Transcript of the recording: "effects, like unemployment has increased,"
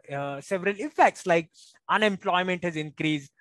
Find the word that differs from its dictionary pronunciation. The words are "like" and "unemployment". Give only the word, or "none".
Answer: none